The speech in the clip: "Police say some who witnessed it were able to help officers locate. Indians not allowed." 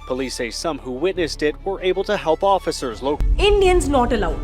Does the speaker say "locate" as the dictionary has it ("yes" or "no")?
no